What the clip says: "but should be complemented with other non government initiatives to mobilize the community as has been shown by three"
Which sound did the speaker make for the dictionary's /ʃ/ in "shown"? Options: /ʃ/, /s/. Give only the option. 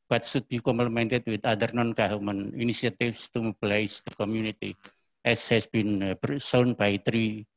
/s/